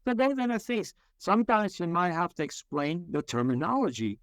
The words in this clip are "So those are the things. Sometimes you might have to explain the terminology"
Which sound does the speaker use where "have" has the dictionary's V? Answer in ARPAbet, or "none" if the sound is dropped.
F